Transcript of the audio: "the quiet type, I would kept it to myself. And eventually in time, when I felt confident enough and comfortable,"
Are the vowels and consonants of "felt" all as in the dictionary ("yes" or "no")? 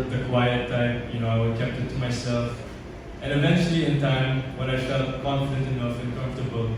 no